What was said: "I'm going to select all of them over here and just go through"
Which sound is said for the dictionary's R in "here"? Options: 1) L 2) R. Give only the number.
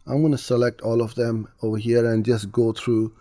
2